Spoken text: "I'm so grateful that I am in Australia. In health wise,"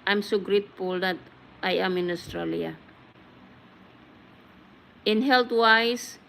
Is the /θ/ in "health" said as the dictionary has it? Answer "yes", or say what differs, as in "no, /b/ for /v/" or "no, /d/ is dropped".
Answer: no, /t/ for /θ/